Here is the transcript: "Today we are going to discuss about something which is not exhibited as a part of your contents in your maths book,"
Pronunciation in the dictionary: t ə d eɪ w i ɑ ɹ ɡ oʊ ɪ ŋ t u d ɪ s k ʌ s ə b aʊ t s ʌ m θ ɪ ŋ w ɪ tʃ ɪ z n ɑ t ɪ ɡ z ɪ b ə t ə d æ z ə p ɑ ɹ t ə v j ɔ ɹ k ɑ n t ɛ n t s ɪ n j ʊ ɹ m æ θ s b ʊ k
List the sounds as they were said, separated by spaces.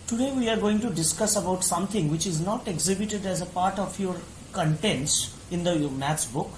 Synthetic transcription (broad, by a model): t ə d eɪ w i ɑ ɹ ɡ oʊ ɪ ŋ t u d ɪ s k ʌ s ə b aʊ t s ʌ m t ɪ ŋ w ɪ tʃ ɪ z n ɑ t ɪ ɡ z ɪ b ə t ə d æ z ə p ɑ ɹ t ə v j ɔ ɹ k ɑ n t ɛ n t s ɪ n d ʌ m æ t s b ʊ k